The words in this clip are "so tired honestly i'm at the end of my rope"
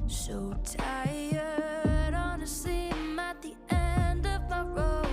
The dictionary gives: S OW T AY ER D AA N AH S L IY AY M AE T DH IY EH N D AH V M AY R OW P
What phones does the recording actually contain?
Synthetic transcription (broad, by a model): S OW T AY ER D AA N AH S IY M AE T DH IY EH N D AH V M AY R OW